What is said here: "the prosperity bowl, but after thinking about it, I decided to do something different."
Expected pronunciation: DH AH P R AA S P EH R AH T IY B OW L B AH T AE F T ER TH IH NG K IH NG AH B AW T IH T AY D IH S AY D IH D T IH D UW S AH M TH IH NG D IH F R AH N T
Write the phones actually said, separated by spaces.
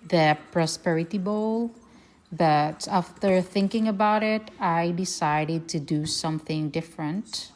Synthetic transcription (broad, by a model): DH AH P R AA S P EH R AH T IY B OW L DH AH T AE F T ER TH IH NG K IH NG AH B AW T IH T AY D IH S AY D IH D T IH D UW S AH M TH IH NG D IH F R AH N T